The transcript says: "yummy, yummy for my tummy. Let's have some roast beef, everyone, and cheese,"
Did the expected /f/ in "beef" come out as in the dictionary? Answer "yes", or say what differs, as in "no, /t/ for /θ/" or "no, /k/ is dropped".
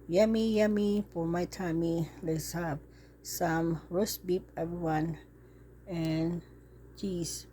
no, /p/ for /f/